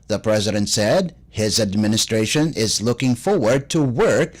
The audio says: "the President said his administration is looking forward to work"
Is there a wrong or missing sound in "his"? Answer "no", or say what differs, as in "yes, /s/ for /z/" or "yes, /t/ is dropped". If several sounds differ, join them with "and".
no